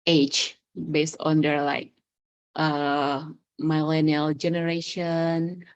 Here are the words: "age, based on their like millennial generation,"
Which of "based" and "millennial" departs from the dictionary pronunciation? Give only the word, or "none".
none